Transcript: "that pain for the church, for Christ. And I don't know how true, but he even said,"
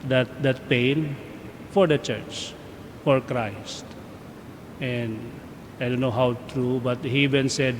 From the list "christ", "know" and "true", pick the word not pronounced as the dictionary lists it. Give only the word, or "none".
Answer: none